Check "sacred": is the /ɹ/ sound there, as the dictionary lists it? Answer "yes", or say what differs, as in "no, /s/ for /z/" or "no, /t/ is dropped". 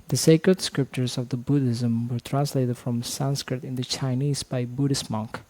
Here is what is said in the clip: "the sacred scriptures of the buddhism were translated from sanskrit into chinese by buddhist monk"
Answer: yes